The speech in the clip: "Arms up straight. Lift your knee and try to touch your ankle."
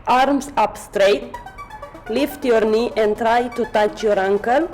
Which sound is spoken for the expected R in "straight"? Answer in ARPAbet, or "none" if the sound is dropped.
R